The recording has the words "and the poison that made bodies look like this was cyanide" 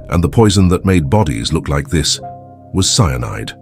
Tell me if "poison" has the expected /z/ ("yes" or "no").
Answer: yes